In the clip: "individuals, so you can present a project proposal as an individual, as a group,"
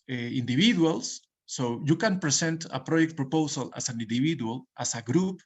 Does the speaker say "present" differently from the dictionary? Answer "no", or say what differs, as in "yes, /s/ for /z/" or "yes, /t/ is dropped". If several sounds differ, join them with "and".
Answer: yes, /s/ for /z/